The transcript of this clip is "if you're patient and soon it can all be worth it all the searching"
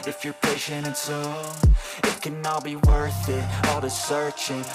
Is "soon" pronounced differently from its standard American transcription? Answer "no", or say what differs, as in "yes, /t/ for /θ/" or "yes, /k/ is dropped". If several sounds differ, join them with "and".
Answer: yes, /n/ is dropped